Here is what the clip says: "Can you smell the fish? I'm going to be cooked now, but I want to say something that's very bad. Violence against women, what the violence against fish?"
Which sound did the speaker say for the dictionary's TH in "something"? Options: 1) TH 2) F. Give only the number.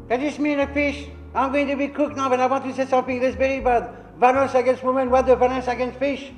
2